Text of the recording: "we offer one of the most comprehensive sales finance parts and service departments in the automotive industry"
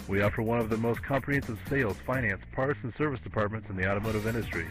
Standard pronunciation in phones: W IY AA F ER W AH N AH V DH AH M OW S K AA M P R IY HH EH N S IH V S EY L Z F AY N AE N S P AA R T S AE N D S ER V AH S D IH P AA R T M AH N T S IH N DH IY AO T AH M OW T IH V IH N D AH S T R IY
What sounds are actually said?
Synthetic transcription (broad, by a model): W IY AA F ER W AH N AH V DH AH M OW S K AA M P R IY HH EH N S IH V S EY L Z F AY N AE N S P AA R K S N S ER V AH S D IH P AA R T M AH N T S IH N DH IY AO T AH M OW T IH V IH N D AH S T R IY